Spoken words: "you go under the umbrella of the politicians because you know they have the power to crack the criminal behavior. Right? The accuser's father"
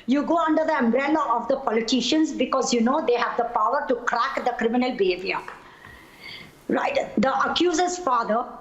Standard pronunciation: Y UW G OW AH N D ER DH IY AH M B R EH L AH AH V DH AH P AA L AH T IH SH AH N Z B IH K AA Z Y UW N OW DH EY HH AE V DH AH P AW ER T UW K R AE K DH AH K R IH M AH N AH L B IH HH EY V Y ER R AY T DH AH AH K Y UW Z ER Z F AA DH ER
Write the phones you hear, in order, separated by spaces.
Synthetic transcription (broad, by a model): Y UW G OW AH N D ER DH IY AH M B R EH L AH AH V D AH P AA L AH T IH SH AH N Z B IH K AA Z Y UW N OW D EY HH AE V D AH P AW ER T UW K R AE K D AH K R IH M AH N AH L B IH HH EY V Y ER R AY T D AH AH K Y UW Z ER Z F AA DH ER